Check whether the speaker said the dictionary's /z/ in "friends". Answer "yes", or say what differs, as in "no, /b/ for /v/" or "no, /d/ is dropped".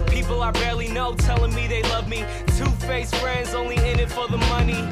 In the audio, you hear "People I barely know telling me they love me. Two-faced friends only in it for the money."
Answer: yes